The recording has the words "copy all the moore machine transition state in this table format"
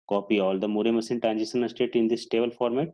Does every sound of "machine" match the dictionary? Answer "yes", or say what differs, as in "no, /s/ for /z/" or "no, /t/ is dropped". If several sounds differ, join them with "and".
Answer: no, /s/ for /ʃ/